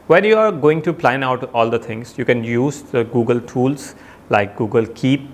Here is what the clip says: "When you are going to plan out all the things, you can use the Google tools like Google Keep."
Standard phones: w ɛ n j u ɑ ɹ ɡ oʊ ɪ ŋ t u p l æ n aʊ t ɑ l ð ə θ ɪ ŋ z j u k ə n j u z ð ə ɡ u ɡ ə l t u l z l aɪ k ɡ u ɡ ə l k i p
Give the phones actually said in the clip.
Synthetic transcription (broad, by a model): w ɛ n j u ɑ ɹ ɡ oʊ ɪ ŋ t u p l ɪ n aʊ t ɑ l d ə t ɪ ŋ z j u k ə n j u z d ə ɡ u ɡ ə l t u l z l aɪ k ɡ u ɡ ə l k i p